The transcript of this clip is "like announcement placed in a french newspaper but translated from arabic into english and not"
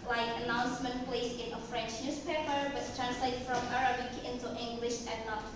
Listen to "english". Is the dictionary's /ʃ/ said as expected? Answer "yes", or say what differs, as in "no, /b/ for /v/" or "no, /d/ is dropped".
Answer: yes